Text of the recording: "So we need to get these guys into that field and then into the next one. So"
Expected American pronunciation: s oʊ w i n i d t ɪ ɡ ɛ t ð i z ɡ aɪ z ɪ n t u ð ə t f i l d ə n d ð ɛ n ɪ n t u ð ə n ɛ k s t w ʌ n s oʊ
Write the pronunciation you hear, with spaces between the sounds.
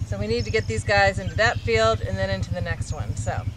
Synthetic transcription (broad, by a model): s oʊ w i n i d t ɪ ɡ ɛ t ð i z ɡ aɪ z ɪ n t u ð ə t f i l d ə n ð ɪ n ɪ n t u ð ə n ɛ k s t w ʌ n s oʊ